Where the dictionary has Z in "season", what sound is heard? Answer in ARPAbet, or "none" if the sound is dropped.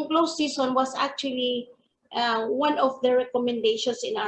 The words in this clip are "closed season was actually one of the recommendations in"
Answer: S